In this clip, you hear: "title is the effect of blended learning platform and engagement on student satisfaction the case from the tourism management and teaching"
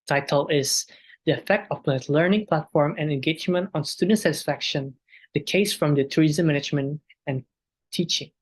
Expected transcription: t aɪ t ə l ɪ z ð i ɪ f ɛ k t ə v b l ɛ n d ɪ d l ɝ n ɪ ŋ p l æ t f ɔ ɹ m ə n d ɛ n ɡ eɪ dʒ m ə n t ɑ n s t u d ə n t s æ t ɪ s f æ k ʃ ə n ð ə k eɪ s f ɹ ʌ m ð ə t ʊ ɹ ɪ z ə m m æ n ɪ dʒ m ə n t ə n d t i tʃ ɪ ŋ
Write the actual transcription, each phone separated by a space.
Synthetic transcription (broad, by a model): t aɪ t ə l ɪ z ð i ɪ f ɛ k t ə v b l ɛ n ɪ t l ɝ n ɪ ŋ p l æ t f ɔ ɹ m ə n ɛ n ɡ eɪ dʒ m ə n t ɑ n s t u d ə n t s æ t ɪ s f æ k ʃ ə n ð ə k eɪ s f ɹ ʌ m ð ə t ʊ ɹ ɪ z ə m m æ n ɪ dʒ m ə n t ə n t i tʃ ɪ ŋ